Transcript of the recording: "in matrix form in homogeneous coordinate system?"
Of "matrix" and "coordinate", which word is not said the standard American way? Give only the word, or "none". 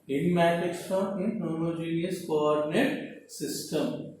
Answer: matrix